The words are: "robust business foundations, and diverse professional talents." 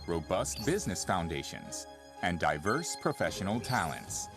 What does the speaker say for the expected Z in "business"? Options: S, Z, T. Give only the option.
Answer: Z